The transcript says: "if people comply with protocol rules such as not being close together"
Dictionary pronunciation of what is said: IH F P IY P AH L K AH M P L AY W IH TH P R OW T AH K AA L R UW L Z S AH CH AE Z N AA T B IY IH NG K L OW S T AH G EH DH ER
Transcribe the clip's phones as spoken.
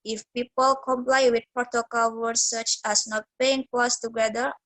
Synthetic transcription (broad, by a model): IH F P IY P AH L K AH M P L AY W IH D P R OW T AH K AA L W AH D S AH CH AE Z N AA T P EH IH NG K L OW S T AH G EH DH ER